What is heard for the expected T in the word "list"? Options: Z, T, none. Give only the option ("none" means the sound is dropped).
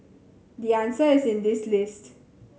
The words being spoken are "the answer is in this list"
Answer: T